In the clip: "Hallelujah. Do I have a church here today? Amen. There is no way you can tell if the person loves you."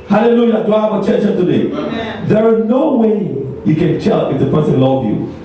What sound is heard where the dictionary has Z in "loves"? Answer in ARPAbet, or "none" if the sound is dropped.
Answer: none